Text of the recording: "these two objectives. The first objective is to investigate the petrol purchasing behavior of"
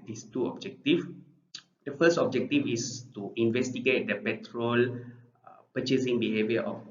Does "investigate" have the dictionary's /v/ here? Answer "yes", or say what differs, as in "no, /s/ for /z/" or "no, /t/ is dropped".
yes